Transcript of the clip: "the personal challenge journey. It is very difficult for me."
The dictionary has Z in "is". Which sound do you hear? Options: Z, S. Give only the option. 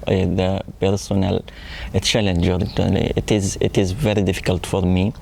Z